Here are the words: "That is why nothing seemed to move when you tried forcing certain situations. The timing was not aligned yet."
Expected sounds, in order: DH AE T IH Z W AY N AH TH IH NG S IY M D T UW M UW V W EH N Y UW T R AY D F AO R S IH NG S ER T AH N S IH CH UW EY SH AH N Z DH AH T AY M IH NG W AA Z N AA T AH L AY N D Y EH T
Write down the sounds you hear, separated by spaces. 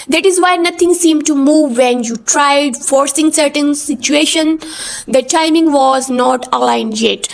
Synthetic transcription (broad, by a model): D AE T IH Z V AY N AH T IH NG S IY M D T UW M UW V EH N Y UW T R AY D F AO R S IH NG S ER T AH N S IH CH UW EY SH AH N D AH T AY M IH NG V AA Z N AA T AH L AY N D Y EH T